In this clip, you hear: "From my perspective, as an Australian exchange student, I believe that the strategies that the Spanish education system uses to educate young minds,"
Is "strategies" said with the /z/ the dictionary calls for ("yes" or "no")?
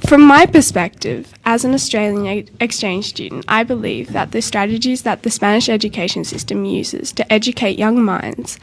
yes